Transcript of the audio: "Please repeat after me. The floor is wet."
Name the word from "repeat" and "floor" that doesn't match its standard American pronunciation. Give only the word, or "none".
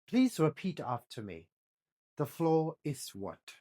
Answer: none